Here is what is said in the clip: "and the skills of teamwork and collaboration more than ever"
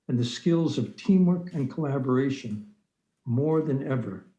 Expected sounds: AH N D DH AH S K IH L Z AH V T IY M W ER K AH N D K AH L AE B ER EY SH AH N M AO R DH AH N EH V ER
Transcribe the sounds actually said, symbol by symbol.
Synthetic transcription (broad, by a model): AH N DH AH S K IH L Z AH V T IY M W ER K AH N K AH L AE B ER EY SH AH N M AO R DH AH N EH V ER